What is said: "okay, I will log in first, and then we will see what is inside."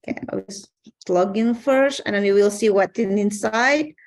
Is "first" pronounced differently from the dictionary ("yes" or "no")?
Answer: no